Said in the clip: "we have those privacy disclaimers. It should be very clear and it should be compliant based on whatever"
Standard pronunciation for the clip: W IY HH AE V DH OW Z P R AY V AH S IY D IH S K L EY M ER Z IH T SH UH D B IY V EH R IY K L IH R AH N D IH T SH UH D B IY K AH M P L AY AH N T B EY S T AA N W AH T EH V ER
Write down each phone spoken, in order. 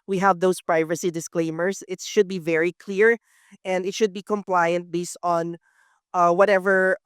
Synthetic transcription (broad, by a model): W IY HH AE V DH OW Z P R AY V AH S IY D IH S K L EY M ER S IH T SH UH D B IY V EH R IY K L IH R AH N D IH T SH UH D B IY K AH M P L AY AH N T B EY S T AA N W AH T EH V ER